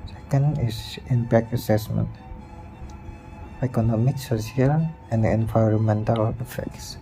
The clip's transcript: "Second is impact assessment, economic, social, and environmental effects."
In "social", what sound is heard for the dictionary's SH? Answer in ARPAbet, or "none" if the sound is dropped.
S